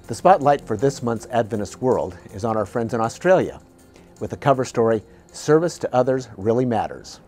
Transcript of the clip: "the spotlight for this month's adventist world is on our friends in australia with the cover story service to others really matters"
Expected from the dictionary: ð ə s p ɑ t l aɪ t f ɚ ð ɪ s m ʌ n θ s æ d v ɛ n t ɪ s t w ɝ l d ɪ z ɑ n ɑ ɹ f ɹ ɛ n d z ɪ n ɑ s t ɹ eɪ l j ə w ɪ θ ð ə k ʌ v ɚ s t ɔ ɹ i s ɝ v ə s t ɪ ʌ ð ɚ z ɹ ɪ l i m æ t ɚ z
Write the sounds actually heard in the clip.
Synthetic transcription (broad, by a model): ð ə s p ɑ t l aɪ t f ɚ ð ɪ s m ʌ n θ s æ d v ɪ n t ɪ s w ɝ l d ɪ z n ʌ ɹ f ɹ ɛ n d z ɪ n ɑ s t ɹ eɪ l j ə w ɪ ð ə k ʌ v ɚ s t ɔ ɹ i s ɝ v ə s t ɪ ʌ ð ɚ z ɹ ɪ l i m æ t ɚ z